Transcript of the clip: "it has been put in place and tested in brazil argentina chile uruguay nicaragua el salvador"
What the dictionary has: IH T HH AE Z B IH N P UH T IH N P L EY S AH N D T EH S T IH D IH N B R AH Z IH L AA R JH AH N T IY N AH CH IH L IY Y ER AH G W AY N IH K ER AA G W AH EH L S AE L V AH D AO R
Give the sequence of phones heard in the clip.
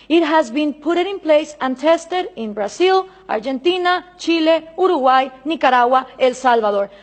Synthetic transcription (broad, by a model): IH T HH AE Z B IH N P UH T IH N P L EY S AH N T EH S T IH D IH N B R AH S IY L AA R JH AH N T IY N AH CH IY L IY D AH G W AY N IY K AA AA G W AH EH L S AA L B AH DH AO R